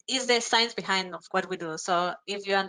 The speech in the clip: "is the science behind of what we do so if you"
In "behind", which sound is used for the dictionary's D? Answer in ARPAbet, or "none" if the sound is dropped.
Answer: D